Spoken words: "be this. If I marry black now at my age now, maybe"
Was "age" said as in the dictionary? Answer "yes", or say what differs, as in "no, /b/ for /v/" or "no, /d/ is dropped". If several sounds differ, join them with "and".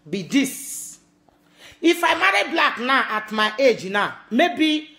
yes